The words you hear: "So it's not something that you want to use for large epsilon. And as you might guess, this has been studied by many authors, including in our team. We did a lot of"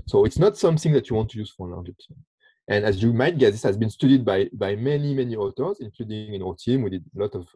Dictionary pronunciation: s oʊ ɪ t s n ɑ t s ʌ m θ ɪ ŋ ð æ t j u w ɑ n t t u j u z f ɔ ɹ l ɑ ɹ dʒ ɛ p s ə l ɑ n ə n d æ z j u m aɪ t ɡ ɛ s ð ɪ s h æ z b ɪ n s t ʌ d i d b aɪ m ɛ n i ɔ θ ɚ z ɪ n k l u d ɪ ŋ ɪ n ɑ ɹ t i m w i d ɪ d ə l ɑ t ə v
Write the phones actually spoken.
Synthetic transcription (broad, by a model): s oʊ ɪ t s n ɑ t s ʌ m θ ɪ ŋ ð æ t j u w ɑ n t t u j u z f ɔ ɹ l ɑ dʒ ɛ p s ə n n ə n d æ z j u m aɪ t ɡ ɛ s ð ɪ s h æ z b ɪ n s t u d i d b aɪ m ɛ n i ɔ t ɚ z ɪ n k l u d ɪ ŋ ɪ n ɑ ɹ t i m w i d ɪ d ə l ɑ t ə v